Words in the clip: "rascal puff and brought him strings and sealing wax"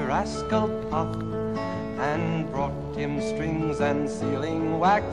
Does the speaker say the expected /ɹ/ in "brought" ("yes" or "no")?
yes